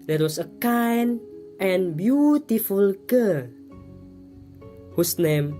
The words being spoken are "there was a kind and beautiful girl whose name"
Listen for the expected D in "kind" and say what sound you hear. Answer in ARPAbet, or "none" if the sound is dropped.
none